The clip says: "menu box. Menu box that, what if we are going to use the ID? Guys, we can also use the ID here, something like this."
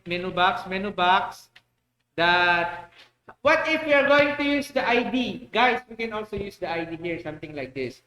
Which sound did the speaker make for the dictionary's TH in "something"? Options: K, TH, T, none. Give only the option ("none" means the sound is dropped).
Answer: T